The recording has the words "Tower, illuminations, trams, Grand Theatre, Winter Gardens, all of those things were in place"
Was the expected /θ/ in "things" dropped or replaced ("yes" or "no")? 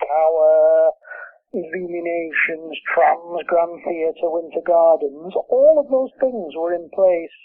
no